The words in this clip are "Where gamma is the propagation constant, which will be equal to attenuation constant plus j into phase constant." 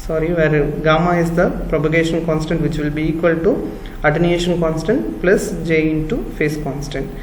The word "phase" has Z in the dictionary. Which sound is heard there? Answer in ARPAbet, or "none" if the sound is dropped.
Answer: S